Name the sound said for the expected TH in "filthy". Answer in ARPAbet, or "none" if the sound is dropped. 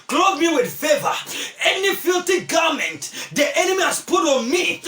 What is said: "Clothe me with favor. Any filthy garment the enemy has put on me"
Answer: T